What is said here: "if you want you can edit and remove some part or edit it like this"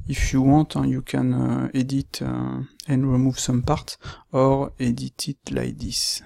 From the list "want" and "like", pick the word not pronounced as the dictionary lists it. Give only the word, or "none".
want